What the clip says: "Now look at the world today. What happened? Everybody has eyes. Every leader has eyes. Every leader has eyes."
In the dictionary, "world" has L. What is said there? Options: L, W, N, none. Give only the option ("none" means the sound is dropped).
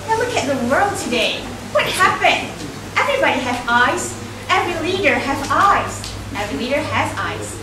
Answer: L